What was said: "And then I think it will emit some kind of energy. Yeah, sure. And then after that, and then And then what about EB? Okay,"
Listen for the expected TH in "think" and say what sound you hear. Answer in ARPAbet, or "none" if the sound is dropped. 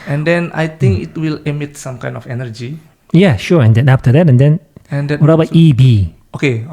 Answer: T